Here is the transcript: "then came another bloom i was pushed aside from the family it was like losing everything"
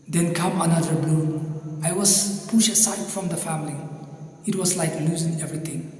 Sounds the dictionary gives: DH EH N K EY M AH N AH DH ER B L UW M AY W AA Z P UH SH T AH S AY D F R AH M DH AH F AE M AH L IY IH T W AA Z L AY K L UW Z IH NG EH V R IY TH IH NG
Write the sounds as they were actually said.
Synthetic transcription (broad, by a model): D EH N K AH M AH N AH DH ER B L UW AY W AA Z P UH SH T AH S AY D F R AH M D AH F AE M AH L IY IH T W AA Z L AY K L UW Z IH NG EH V R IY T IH NG